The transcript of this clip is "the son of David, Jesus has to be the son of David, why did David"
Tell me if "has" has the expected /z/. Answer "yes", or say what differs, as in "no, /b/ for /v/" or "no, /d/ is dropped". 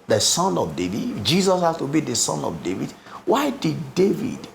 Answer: no, /s/ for /z/